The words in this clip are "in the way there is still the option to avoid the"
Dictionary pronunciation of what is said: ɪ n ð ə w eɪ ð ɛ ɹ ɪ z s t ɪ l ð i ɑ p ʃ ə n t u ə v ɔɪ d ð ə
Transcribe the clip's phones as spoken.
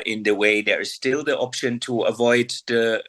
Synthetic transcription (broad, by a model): ɪ n ð ə w eɪ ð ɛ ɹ ɪ z s t ɪ l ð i ɑ p ʃ ə n t u ə v ɔɪ d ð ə